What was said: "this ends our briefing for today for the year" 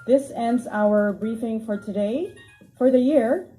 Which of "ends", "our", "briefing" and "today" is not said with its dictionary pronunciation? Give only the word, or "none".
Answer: none